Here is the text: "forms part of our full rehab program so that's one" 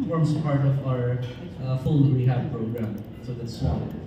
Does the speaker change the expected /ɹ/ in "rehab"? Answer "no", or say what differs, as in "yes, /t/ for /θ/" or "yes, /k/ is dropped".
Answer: yes, /w/ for /ɹ/